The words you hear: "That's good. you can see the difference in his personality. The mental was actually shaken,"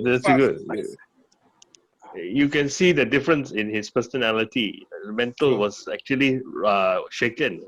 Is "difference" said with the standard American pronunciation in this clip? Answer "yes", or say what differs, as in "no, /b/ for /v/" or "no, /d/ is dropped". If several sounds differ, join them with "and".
yes